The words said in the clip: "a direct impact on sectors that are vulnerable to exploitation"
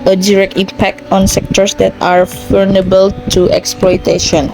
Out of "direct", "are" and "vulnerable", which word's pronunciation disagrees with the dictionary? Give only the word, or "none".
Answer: vulnerable